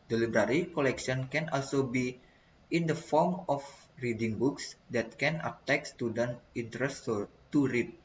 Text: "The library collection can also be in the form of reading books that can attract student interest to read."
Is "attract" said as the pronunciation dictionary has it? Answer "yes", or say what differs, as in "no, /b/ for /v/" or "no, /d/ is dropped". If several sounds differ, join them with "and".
no, /ɹ/ is dropped